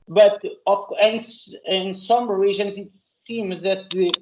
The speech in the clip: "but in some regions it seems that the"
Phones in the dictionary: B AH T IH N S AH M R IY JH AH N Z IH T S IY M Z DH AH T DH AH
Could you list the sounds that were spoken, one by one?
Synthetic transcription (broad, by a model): B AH T IH N S AH M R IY ZH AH N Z IH T S IY M Z DH AH T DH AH